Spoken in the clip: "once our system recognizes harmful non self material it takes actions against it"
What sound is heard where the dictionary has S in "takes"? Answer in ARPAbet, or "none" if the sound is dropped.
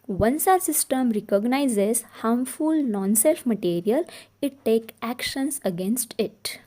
none